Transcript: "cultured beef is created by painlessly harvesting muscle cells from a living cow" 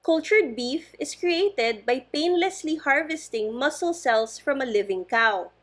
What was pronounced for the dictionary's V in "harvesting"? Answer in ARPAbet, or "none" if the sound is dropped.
V